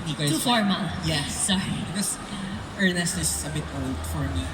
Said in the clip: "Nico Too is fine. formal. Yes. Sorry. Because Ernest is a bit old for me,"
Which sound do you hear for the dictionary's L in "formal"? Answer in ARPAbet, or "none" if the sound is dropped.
N